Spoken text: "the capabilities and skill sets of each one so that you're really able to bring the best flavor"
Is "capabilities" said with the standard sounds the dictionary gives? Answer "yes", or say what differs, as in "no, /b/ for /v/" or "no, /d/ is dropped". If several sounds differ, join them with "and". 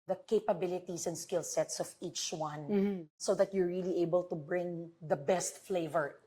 no, /s/ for /z/